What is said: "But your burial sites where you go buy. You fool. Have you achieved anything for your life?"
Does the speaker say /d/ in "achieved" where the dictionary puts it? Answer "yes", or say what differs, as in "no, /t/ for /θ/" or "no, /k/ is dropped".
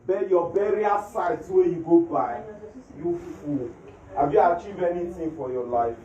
no, /d/ is dropped